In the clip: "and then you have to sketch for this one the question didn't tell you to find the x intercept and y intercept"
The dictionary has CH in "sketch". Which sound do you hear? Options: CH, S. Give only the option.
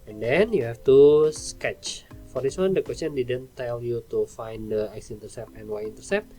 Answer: CH